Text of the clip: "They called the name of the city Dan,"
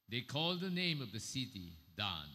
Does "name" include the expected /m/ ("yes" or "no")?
yes